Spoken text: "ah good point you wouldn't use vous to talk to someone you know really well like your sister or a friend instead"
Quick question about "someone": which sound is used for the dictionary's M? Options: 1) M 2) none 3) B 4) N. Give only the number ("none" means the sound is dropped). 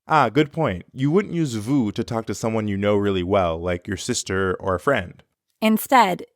1